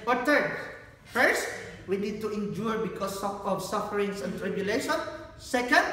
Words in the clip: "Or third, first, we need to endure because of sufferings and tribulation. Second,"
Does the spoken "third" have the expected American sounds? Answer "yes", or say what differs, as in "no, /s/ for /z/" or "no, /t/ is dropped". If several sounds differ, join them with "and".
no, /t/ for /θ/